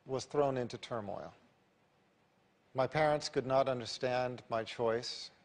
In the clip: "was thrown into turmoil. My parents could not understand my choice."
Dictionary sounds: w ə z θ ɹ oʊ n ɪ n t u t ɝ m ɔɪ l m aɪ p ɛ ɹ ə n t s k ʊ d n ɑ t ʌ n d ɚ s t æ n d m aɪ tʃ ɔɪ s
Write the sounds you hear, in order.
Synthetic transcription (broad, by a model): w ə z θ ɹ oʊ n ɪ n t u t ɝ m ɔɪ l m aɪ p ɛ ɹ ə n t s k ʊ d n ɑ t ʌ n d ɚ s t æ n d m aɪ tʃ ɔɪ s